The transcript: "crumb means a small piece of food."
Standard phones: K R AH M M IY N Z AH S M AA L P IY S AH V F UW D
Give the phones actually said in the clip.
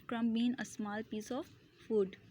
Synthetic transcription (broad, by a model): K R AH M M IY N AH S M AA L P IY S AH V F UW D